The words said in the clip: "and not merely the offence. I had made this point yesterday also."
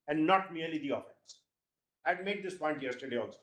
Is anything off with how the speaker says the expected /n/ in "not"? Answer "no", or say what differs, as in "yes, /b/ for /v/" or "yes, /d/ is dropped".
no